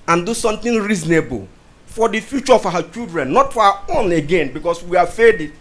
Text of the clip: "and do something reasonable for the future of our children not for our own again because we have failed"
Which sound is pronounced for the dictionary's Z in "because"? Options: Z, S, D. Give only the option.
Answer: S